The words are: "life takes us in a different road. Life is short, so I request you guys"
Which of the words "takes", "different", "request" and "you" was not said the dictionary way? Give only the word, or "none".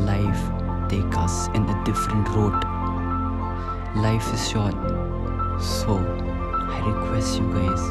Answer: takes